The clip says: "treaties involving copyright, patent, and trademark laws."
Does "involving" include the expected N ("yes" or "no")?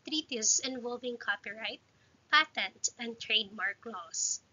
yes